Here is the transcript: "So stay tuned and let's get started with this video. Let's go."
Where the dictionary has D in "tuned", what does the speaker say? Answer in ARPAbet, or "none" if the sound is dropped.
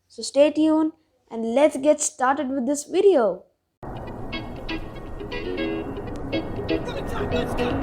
none